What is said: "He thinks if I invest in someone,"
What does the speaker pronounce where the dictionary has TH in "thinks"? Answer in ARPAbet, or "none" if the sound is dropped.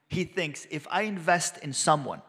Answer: TH